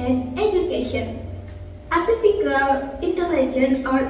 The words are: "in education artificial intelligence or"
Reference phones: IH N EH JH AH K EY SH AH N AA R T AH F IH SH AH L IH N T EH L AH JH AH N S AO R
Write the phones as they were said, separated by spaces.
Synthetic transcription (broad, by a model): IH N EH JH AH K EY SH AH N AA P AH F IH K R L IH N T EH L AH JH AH N AO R